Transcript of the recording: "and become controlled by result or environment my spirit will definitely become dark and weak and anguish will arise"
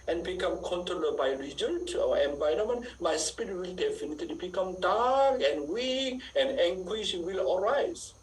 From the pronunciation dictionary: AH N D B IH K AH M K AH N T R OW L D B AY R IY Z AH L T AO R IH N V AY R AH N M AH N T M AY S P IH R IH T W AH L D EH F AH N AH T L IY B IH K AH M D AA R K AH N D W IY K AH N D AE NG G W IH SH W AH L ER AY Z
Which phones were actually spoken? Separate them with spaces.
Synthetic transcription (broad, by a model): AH N B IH K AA M K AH N T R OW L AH B AY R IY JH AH N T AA W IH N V AY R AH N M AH N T M AY S P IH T W AH L D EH F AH N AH T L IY B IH K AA M D AA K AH N W IY K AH N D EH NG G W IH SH W AH L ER AY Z